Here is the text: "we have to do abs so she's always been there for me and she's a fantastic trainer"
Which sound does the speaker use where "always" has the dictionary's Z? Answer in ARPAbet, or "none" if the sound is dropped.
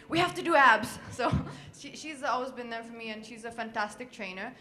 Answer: Z